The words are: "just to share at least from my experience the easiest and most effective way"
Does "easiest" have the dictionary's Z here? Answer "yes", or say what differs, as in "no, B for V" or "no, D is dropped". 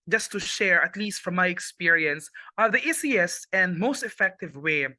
no, S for Z